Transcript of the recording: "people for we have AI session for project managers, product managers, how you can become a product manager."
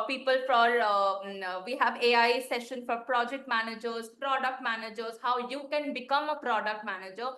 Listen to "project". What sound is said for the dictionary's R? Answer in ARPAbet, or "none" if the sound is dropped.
R